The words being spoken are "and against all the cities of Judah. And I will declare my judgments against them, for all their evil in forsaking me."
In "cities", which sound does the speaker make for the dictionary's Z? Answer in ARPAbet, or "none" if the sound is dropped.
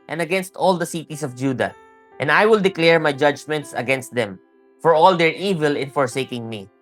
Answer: S